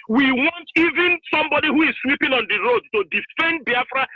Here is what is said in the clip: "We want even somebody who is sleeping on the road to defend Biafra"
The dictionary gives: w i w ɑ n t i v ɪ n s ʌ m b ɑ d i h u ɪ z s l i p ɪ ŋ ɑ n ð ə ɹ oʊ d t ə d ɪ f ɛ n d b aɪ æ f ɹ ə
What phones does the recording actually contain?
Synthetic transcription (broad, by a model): w i w ɑ n t i v ɪ n s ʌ m b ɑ d i h u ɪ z s w i p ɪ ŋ ɑ n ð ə ɹ oʊ d t ə d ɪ f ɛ n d b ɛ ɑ f ɹ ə